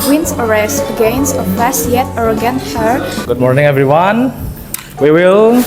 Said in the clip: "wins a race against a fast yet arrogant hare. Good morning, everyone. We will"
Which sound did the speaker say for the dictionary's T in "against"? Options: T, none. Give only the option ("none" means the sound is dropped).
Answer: none